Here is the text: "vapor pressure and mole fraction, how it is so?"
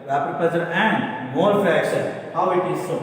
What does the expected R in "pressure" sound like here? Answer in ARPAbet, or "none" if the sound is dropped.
none